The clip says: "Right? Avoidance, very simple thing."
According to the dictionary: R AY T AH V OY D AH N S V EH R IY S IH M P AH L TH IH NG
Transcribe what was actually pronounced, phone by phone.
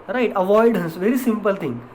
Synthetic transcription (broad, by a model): R AY T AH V OY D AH S V EH R IY S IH M P AH L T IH NG